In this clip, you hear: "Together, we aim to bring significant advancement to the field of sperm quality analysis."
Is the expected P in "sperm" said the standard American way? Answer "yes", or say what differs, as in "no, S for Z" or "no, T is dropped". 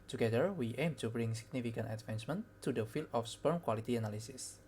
yes